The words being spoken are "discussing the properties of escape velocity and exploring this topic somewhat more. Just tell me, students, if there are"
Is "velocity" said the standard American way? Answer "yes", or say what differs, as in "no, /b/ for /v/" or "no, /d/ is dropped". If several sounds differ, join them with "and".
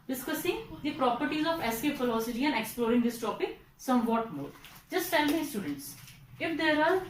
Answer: no, /f/ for /v/